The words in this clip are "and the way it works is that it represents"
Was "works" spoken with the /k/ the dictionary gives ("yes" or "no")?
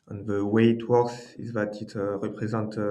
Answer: no